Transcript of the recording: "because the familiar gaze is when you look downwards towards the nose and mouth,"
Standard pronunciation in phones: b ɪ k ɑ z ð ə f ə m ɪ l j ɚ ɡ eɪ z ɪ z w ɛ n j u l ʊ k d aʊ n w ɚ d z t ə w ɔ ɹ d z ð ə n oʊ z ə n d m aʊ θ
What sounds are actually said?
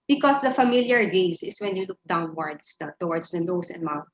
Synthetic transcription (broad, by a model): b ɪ k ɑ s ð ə f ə m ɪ l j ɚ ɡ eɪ s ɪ s w ɛ n j u l ʊ k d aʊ n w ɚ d s t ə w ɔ ɹ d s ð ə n oʊ s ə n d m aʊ